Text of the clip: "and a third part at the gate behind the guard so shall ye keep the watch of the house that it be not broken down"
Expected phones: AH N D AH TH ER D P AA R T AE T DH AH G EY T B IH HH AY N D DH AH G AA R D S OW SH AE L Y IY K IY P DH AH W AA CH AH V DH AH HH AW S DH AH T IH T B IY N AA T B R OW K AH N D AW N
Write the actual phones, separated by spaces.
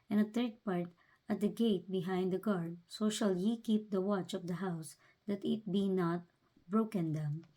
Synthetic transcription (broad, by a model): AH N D AH T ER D P AA R T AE T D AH G EY T B IH HH AY N D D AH G AA R D S OW SH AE L Y IY K IY P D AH W AA CH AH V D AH HH AW S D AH T IH T B IY N AA T B R OW K AH N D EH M